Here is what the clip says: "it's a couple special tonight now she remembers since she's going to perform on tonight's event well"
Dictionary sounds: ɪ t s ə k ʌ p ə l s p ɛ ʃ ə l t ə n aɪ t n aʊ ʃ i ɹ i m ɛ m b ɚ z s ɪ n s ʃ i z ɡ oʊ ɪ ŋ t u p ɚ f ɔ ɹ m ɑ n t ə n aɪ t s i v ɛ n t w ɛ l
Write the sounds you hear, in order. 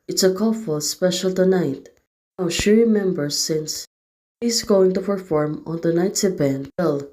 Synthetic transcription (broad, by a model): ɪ t s ə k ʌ f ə l s p ɛ ʃ ə l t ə n aɪ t n aʊ ʃ i ɹ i m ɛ m b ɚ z s ɪ n s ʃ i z ɡ oʊ ɪ ŋ t u p ɚ f ɔ ɹ m ɑ n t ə n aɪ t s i b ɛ n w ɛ l